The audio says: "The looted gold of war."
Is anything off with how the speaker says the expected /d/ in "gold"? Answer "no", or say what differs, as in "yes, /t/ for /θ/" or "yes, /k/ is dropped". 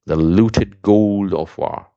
no